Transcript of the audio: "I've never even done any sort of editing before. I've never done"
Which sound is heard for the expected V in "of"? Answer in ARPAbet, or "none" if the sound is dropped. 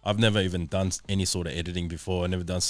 V